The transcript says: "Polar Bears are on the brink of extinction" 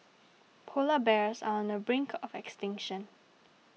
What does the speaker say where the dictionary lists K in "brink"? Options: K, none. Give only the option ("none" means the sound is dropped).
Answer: K